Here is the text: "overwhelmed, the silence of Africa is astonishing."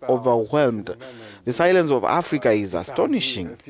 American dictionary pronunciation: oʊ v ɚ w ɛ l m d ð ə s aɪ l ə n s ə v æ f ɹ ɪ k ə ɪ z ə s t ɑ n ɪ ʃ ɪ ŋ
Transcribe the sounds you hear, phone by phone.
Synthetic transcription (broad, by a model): oʊ v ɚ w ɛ l m d ð ə s aɪ l ə n s ə v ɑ f ɹ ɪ k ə ɪ z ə s t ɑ n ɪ ʃ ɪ ŋ